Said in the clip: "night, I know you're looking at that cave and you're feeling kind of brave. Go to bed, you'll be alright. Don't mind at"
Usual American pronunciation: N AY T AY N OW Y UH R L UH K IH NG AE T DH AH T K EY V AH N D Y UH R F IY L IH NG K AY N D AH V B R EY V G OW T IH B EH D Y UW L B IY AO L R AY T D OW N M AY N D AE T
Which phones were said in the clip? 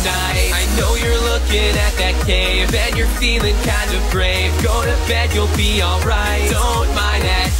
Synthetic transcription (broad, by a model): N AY AY N OW Y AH R L UH K IH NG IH T DH AH T K EY V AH N Y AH R F IY L IH NG K AY N D AH V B R EY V G OW T IH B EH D Y UW L B IY AO L R AY T D OW N M AY N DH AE T